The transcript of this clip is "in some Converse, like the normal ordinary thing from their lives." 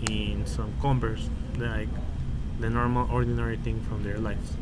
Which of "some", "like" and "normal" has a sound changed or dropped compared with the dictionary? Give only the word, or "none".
none